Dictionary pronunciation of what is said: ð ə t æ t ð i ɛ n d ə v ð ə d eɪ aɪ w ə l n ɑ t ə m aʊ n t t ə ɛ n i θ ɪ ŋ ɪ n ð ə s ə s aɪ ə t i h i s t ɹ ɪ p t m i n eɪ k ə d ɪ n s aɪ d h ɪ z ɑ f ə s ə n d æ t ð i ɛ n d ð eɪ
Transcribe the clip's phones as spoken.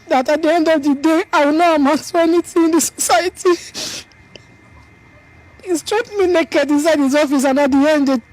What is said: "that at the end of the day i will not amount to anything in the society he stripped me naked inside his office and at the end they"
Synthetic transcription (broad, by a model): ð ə t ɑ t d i ɛ n d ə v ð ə d eɪ aɪ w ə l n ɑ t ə m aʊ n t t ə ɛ n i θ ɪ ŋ ɪ n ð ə s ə s aɪ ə t i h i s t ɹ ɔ t m i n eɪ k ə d ɪ n s aɪ d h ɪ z ɑ f ə s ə n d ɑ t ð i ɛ n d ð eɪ